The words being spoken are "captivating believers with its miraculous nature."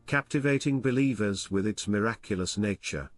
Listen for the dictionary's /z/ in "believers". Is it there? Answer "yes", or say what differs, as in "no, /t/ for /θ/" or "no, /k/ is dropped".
yes